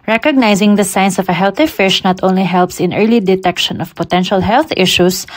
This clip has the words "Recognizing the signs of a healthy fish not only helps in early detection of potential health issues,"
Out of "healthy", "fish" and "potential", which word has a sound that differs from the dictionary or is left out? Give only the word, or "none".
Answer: none